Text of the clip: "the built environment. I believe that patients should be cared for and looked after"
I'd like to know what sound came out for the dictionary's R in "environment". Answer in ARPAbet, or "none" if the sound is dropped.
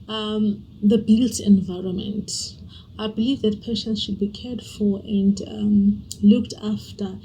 R